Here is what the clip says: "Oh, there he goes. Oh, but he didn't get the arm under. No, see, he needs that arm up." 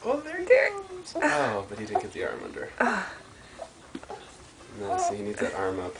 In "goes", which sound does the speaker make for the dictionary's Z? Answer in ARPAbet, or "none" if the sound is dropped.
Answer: none